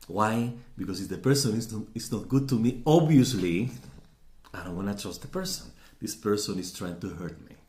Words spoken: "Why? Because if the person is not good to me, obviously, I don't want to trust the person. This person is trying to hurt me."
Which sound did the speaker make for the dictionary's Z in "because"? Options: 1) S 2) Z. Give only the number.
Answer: 1